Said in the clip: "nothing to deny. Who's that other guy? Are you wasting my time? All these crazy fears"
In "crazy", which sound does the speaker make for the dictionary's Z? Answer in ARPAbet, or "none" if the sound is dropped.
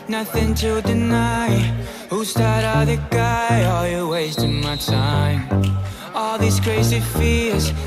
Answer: S